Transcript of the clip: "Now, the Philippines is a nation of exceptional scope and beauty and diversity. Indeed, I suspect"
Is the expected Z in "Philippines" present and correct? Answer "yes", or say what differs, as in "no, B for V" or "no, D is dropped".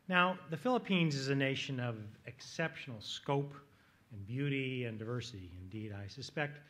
yes